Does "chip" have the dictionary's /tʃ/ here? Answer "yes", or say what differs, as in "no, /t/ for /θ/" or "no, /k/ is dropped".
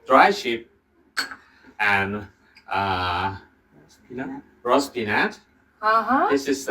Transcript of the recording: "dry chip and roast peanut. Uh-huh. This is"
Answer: no, /ʃ/ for /tʃ/